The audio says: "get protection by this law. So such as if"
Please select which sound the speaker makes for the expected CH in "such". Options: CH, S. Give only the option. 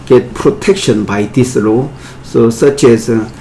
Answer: CH